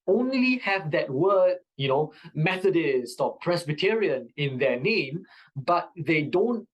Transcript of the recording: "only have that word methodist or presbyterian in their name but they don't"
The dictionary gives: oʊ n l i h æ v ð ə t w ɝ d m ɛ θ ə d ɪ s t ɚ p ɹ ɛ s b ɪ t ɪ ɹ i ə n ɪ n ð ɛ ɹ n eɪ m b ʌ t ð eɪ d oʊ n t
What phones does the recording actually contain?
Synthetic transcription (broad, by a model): oʊ n l i h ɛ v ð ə t w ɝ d m ɛ θ ə d ɪ s t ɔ p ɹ ɛ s b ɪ t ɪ ɹ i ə n ɪ n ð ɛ n eɪ m b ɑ t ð eɪ d oʊ n t